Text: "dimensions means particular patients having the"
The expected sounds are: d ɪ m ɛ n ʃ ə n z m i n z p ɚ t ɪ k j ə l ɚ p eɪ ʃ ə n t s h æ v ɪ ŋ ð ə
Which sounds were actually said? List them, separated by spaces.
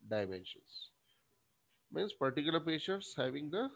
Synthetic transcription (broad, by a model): d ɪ m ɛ n ʃ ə n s m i n s p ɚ t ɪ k j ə l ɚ p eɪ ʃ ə t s h æ v ɪ ŋ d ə